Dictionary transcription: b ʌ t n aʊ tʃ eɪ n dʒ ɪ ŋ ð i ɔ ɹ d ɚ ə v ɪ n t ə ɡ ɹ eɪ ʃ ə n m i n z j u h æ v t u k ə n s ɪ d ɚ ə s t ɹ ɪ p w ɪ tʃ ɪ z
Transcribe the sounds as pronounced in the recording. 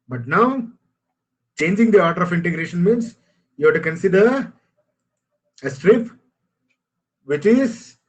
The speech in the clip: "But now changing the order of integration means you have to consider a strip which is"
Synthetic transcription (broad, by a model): b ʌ t n aʊ tʃ eɪ n dʒ ɪ ŋ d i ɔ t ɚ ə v ɪ n t ə ɡ ɹ eɪ ʃ ə n m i n s j u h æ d t u k ə n s ɪ d ɚ ə s t ɹ ɪ p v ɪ tʃ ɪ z